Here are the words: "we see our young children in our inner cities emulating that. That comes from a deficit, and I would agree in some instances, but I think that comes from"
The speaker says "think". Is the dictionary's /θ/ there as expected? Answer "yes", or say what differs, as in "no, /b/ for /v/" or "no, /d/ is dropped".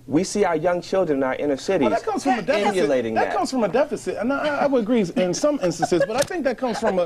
yes